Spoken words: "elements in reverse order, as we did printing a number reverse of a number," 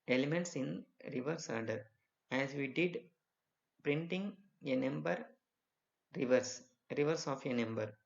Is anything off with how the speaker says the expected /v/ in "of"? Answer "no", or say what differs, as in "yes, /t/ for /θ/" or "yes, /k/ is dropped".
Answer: no